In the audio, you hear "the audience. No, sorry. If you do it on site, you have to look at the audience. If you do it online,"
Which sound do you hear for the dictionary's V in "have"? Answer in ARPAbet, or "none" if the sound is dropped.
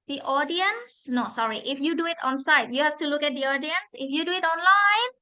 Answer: F